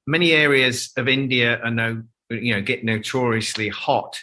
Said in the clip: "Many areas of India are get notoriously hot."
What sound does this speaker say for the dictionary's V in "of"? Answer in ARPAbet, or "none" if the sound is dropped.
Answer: V